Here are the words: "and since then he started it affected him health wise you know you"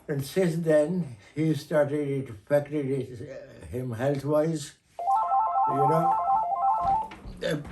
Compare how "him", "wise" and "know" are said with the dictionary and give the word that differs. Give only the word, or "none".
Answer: none